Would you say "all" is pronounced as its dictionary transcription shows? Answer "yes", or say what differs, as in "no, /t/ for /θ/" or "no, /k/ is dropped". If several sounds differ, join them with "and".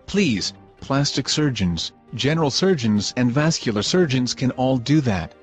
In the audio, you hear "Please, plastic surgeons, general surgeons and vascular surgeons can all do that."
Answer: yes